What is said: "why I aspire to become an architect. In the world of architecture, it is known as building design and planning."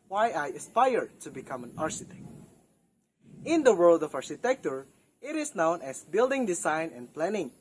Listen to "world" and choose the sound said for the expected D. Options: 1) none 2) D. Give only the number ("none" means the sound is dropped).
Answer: 2